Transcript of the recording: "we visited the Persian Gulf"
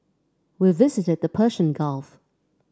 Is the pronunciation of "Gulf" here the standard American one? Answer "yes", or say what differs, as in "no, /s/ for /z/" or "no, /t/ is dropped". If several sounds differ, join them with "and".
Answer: yes